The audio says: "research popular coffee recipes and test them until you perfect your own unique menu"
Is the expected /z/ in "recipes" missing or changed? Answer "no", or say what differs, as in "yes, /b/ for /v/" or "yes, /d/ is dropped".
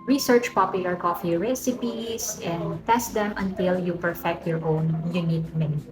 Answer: yes, /s/ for /z/